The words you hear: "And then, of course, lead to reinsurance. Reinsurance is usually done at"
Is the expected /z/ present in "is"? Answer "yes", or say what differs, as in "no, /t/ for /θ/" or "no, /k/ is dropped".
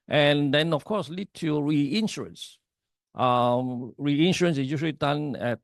no, /s/ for /z/